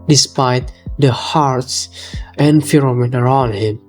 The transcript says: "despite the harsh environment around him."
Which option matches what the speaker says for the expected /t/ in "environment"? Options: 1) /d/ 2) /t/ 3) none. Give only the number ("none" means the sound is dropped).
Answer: 3